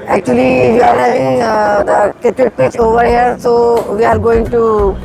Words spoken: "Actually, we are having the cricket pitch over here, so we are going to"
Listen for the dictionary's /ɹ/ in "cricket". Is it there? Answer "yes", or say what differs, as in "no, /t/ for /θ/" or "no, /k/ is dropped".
no, /ɹ/ is dropped